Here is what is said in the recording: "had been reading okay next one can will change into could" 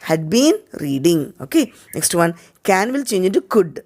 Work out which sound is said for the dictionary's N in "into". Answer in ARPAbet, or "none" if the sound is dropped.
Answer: none